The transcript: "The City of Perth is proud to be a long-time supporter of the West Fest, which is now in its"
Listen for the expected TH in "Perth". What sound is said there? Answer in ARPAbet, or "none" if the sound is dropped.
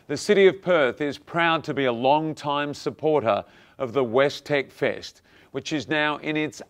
TH